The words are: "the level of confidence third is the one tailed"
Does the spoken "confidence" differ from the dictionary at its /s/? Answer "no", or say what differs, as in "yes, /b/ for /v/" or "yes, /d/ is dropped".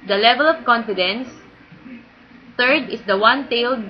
no